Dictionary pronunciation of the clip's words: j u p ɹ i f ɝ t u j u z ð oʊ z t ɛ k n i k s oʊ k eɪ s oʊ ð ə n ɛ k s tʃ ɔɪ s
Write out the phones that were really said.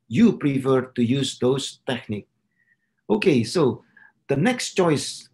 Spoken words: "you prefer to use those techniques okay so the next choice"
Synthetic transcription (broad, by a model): j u p ɹ i f ɝ t u j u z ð oʊ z t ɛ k n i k oʊ k eɪ s oʊ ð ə n ɛ k s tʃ ɔɪ s